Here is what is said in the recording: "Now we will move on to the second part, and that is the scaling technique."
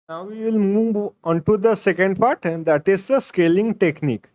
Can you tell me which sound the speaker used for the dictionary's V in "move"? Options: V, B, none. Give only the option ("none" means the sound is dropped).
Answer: V